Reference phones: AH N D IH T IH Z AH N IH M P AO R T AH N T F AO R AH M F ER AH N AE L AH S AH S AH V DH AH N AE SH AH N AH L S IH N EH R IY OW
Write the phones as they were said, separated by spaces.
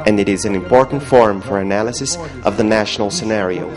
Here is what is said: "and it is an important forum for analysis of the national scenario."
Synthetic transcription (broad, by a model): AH N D IH T IH Z AH N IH M P AO R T N T F AO R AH M F ER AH N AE L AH S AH S AH V DH AH N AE SH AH N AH L S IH N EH R IY OW